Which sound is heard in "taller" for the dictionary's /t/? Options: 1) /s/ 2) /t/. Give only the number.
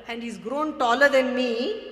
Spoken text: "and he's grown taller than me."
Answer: 2